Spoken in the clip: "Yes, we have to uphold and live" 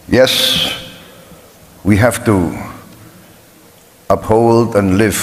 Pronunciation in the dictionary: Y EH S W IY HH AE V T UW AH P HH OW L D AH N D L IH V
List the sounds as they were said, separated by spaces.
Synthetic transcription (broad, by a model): Y EH S W IY HH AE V T UW AH P HH OW L D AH N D L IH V